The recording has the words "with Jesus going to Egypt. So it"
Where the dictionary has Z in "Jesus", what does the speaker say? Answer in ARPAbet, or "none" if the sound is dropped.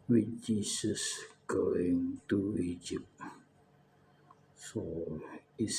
S